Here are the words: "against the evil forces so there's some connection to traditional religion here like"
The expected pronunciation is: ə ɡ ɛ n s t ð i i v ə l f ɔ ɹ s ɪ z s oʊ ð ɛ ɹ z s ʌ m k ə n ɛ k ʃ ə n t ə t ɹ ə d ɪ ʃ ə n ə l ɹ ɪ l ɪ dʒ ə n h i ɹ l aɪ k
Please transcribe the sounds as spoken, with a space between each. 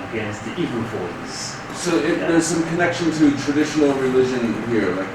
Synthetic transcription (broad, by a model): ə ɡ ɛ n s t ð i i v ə n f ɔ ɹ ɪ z s oʊ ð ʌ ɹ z s ʌ m k ə n ɛ k ʃ ə n t ə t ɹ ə d ɪ ʃ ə n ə l ɹ ɪ l ɪ dʒ ə n h i ɹ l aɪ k